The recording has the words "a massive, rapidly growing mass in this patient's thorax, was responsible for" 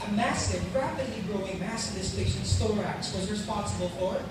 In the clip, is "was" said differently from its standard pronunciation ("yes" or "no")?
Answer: no